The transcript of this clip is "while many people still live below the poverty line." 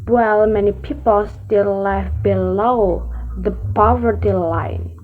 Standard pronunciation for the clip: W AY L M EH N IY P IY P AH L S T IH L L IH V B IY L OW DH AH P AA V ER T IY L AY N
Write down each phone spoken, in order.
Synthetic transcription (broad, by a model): W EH L M EH N IY P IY P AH L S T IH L L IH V B IY L OW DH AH P AA V ER T IY L AY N